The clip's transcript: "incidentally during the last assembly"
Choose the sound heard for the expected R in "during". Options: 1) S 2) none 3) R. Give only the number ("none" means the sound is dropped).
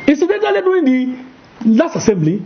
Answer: 2